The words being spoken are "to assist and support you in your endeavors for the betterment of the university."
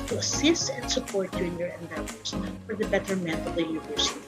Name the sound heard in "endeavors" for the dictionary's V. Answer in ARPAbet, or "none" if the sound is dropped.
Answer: none